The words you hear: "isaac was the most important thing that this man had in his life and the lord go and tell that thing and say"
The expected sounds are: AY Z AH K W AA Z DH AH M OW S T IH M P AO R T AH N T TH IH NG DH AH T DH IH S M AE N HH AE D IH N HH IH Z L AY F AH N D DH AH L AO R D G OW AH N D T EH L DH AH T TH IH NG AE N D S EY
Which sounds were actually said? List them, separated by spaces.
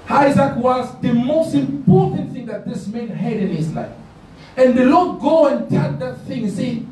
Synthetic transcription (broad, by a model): AY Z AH K W AA Z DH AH M OW S T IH M P AO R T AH N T TH IH NG DH AH T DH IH S M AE N HH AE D IH N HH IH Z L AY F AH N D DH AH L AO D G OW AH N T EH N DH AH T TH IH NG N S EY